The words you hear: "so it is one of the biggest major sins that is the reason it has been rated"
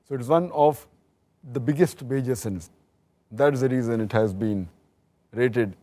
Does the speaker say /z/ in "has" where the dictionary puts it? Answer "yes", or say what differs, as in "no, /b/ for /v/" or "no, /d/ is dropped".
yes